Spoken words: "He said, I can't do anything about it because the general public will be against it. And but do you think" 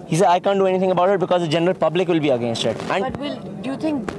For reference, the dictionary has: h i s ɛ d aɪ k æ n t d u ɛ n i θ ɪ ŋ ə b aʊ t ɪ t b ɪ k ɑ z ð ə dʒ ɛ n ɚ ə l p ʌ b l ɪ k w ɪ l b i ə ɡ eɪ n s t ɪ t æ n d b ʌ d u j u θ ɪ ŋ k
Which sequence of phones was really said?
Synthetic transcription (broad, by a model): h i s ɛ d aɪ k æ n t d u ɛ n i t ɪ ŋ ə b aʊ t ɪ t b ɪ k ɑ z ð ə dʒ ɛ n ɚ ə l p ʌ b l ɪ k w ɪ l b i ə ɡ eɪ n s t ɪ t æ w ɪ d j u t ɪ ŋ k